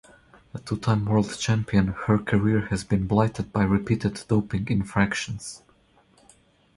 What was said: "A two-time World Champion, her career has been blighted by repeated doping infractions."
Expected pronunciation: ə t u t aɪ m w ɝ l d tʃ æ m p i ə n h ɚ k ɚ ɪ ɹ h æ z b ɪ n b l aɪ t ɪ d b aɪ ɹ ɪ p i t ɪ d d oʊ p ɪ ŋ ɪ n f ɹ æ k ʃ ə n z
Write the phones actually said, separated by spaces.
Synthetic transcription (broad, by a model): ə t u t aɪ m w ɝ l d tʃ æ m p i ə n h ɚ k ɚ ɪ ɹ h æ z b ɪ n b l aɪ t ɪ d b aɪ ɹ ɪ p i t ɪ d d oʊ p ɪ ŋ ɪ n f ɹ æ k ʃ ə n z